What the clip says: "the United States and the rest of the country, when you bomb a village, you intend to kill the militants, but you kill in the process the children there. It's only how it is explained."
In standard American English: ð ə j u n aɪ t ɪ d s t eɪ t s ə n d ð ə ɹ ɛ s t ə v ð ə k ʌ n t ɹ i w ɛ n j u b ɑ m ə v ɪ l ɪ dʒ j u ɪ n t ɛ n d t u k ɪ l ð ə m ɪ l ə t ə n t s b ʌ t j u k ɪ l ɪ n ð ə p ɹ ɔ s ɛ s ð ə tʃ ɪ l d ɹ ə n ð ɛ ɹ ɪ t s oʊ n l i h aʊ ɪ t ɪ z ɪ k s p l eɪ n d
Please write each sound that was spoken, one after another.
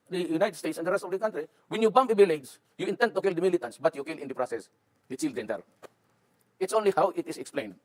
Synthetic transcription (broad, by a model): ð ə j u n aɪ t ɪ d s t eɪ t s ə n d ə ɹ ɛ s t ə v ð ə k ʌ n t ɹ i w ɛ n j u b ɑ m ə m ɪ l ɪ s j u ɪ n t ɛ n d t u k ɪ l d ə m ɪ l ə t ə n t s b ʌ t j u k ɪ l ɪ n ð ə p ɹ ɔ s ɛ s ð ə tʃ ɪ l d ə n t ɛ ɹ ɪ t s oʊ n l i h aʊ ɪ t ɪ s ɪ k s p l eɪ n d